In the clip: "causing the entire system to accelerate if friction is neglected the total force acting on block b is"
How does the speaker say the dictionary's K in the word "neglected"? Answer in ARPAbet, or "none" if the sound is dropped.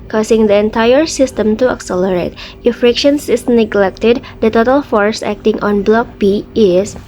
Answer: K